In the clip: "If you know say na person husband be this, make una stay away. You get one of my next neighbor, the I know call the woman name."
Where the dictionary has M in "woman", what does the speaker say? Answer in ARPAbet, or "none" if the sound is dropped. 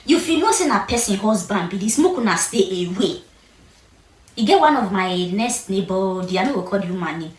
none